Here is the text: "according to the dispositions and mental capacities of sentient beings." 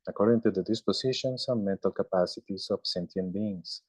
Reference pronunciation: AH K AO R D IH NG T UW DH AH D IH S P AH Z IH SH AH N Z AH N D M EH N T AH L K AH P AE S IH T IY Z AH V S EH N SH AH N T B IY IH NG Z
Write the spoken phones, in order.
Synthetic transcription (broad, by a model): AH K AO R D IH NG T UW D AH D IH S P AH S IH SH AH N S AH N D M EH N T AH L K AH P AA S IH T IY S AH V S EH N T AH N B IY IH NG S